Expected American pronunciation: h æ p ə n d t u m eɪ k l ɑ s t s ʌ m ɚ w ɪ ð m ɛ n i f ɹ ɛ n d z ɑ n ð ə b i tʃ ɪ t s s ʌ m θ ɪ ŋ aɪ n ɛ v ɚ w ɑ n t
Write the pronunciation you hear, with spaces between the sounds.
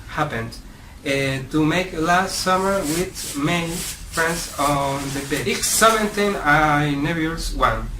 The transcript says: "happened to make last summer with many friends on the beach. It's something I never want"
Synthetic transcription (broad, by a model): h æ p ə n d t u m eɪ k l ɑ s t s ʌ m ɚ w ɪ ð m ɛ n i f ɹ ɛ n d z ɑ n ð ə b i ɪ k s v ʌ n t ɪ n aɪ n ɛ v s w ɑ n